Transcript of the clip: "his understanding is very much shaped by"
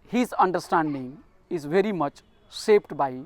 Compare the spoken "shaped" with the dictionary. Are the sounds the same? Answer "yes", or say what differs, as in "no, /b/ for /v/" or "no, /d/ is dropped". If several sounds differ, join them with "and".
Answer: no, /s/ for /ʃ/